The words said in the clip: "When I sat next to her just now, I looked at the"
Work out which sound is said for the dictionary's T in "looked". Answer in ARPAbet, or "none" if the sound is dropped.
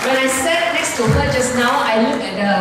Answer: none